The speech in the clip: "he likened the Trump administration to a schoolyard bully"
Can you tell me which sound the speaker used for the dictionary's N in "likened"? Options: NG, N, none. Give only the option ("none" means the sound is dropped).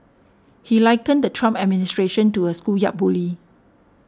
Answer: N